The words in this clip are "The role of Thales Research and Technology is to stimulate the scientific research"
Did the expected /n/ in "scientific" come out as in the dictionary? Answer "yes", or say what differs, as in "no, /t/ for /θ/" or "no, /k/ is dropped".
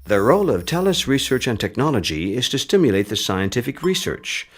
yes